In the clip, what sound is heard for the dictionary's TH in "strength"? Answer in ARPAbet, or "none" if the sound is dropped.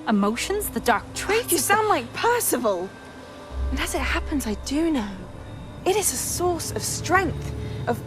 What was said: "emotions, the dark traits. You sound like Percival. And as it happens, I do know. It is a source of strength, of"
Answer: TH